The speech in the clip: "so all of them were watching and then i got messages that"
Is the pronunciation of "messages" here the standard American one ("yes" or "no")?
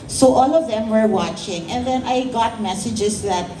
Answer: no